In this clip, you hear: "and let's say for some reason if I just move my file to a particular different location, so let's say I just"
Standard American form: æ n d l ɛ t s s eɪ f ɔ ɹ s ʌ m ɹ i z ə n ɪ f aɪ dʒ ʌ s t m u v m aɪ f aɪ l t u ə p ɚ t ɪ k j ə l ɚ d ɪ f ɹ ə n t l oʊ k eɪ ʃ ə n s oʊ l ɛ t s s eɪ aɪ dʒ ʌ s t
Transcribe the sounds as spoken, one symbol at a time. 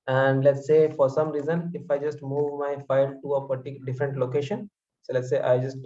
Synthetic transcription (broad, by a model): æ n d l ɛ t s s eɪ f ɔ ɹ s ʌ m ɹ i z ə n ɪ f aɪ dʒ ʌ s t m u v m aɪ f aɪ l t u ə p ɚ t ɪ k d ɪ f ɹ ə n t l oʊ k eɪ ʃ ə n s oʊ l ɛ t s s eɪ aɪ dʒ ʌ s t